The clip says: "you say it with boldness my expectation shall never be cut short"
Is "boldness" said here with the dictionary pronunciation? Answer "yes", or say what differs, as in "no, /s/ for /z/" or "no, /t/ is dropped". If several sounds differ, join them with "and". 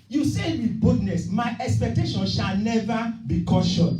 no, /l/ is dropped